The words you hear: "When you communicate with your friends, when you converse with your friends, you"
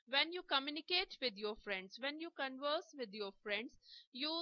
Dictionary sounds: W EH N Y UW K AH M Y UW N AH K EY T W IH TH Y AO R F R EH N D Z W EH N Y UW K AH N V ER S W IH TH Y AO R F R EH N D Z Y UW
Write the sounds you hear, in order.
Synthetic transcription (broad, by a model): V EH N Y UW K AH M Y UW N AH K EY T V IH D Y AO R F R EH N D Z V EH N Y UW K AH N V ER S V IH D Y AO R F R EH N D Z Y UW